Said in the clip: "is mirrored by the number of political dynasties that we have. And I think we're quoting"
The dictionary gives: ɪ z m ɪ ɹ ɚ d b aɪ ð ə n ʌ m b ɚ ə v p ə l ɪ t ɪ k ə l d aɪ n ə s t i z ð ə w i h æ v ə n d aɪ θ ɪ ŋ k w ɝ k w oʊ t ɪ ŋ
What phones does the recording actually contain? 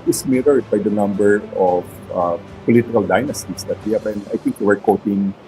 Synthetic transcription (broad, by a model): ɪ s m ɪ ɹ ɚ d b aɪ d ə n ʌ m b ɚ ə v p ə l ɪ t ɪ k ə l d aɪ n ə s t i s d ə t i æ p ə n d aɪ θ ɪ ŋ k w ɝ k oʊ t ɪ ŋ